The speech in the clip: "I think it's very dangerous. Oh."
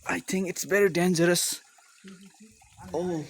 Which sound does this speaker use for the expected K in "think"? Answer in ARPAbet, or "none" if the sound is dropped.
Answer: K